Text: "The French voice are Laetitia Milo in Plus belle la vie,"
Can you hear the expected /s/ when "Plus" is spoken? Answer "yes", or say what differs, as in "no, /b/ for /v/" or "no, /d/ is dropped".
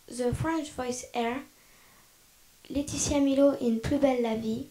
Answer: no, /s/ is dropped